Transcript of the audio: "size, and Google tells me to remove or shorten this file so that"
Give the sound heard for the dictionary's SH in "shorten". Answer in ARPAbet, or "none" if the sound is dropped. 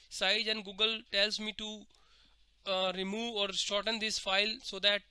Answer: S